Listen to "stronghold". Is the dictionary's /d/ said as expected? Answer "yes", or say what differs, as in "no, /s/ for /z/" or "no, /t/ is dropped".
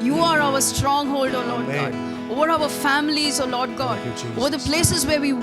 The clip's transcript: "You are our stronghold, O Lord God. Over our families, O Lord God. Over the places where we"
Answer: yes